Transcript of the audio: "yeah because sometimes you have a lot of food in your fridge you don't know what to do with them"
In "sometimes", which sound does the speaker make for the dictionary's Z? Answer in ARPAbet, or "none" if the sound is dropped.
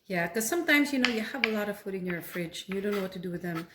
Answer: Z